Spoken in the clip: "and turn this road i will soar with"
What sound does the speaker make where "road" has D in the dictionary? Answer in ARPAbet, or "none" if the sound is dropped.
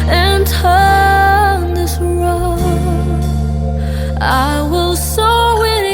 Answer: none